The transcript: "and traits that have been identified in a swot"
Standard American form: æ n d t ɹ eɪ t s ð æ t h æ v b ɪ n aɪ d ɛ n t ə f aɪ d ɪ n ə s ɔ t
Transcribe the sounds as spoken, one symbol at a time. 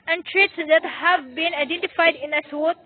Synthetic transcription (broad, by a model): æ n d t ɹ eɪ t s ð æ t h æ v b ɪ n aɪ d ɛ n t ə f aɪ d ɪ n ə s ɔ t